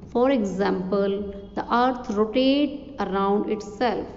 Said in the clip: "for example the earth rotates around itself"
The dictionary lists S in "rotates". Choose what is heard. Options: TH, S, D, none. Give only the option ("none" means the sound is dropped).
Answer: none